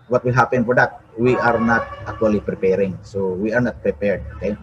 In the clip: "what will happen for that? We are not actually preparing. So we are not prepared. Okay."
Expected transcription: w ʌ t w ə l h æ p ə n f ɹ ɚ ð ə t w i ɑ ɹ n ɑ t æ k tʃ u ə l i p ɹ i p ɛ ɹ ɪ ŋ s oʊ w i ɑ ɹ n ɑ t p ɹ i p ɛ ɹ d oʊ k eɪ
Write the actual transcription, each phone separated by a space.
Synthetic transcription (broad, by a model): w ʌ t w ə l h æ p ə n p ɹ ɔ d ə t w i ɑ ɹ n ɑ t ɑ k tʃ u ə l i p ɹ i p ɛ ɹ ɪ ŋ s oʊ w i ɑ ɹ n ɑ t p ɹ i p ɛ ɹ d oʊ k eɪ